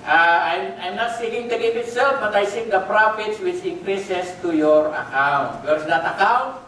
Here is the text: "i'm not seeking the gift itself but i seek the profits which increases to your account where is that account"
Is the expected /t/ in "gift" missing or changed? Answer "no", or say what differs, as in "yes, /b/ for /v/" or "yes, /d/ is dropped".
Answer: yes, /t/ is dropped